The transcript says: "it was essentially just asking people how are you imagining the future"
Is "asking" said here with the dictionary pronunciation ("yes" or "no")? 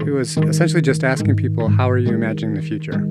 yes